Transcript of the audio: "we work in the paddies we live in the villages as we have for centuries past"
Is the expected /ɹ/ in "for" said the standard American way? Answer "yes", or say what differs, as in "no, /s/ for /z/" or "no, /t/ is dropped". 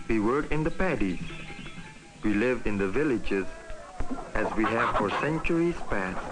yes